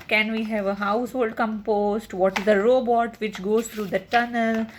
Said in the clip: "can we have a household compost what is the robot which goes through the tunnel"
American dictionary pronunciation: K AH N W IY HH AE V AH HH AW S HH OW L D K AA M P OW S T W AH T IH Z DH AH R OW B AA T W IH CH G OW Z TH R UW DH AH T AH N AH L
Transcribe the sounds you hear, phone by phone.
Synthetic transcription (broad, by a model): K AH N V IY HH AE V AH HH AW S HH OW L D K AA M P OW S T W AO T IH Z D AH R OW B AA T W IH CH G OW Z T R UW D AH T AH N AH L